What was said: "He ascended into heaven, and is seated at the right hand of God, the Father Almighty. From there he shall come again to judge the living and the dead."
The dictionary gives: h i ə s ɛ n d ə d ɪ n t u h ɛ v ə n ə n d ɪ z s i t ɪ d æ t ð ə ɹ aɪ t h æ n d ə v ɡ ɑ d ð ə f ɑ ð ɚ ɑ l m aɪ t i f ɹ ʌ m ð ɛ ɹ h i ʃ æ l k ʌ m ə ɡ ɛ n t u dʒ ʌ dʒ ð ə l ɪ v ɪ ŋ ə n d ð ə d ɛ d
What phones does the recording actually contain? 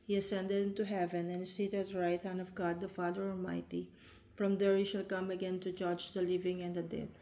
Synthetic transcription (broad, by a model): h i ə s ɛ n d ə d ɪ n t u h ɛ v ə n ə n s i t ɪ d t ɹ aɪ t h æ n ə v ɡ ɑ d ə f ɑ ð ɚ ɑ l m aɪ t i f ɹ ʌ m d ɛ ɹ h i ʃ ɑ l k ʌ m ə ɡ ɛ n t u dʒ ʌ dʒ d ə l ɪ v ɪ ŋ ə n d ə d ɛ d